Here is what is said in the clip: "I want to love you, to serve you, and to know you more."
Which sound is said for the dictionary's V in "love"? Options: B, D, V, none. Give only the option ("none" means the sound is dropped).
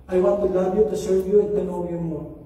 B